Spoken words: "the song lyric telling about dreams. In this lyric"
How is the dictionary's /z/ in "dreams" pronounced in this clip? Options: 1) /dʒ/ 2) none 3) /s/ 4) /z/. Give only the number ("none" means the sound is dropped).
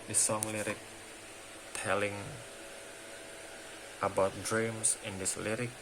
3